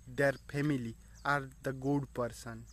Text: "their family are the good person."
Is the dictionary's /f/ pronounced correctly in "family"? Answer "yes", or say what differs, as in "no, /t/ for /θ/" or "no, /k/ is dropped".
no, /p/ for /f/